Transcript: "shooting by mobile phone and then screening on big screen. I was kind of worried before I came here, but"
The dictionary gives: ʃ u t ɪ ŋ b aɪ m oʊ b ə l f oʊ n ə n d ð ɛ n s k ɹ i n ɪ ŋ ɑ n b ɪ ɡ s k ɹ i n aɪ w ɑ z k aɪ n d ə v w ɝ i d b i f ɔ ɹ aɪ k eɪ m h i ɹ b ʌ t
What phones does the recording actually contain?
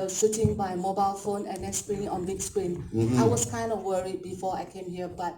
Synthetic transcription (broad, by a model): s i t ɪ ŋ b aɪ m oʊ b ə l f oʊ n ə n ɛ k s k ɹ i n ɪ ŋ ɑ n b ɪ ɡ s k ɹ i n aɪ w ɑ s k aɪ n d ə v w ɝ i d b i f ɔ aɪ k eɪ m h i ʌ b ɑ t